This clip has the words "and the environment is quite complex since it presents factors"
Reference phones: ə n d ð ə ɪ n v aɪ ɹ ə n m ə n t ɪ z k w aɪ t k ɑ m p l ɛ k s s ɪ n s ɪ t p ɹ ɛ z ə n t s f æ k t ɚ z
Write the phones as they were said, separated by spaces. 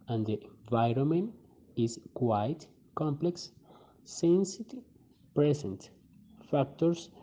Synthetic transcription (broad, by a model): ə n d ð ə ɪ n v aɪ ɹ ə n m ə n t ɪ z k w aɪ t k ɑ m p l ɛ k s s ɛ n s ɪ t p ɹ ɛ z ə n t f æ k t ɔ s